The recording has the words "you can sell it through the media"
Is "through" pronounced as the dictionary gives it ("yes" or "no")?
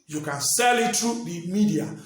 no